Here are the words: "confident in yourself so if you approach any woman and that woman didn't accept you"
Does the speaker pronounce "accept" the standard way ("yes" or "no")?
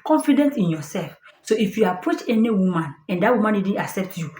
yes